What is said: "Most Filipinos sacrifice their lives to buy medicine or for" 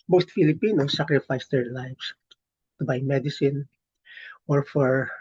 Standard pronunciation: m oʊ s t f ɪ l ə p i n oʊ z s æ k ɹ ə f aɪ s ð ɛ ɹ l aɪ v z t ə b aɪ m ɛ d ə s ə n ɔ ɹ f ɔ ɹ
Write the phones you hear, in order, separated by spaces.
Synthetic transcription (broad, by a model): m oʊ s t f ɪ l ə p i n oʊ s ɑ k ɹ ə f aɪ s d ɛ ɹ l aɪ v s t ə b aɪ m ɛ d ə s ə n ɔ ɹ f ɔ ɹ